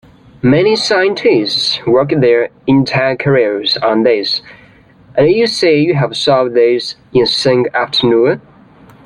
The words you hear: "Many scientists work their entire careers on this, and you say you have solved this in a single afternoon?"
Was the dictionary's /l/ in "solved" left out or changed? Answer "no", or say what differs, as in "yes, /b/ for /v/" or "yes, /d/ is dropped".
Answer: yes, /l/ is dropped